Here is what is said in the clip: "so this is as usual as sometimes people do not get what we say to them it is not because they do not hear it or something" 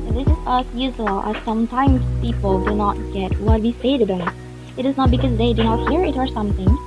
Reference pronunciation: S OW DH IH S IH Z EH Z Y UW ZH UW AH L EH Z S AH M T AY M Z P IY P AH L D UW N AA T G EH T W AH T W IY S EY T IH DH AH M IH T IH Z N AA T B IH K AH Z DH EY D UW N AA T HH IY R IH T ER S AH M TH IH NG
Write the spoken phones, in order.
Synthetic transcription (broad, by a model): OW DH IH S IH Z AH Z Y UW Z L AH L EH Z S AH M T AY M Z P IY P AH L D UW N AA T G EH T W AH T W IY S EY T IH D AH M IH T IH Z N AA T B IH K AH Z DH EY D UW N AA T HH IY R IH T ER S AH M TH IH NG